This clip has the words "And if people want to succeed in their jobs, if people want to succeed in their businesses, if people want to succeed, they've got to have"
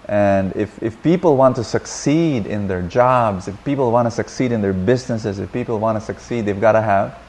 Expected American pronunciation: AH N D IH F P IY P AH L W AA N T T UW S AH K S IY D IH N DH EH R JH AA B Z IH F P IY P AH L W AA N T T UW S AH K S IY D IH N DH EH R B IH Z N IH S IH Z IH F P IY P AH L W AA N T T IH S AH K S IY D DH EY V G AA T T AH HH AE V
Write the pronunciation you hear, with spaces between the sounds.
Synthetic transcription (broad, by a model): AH N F IH F P IY P L W AA N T T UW S AH K S IY D IH N DH EH R JH AA B Z IH F P IY P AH L W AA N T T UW S AH K S IY D IH N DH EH R B IH Z N IH S IH Z IH F P IY P L W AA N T T IH S AH K S IY D DH EY V G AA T T AH HH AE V